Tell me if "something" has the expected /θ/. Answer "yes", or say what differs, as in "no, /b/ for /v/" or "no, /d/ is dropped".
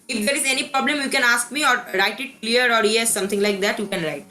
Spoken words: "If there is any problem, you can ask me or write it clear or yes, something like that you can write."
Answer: no, /t/ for /θ/